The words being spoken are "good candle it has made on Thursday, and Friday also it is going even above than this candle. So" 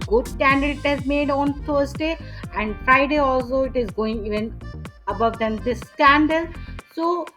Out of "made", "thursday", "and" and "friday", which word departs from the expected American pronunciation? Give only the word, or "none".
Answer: thursday